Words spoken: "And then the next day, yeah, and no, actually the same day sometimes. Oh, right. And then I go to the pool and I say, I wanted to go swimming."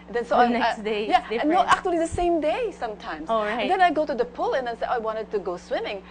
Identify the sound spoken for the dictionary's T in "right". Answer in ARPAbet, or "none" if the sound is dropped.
none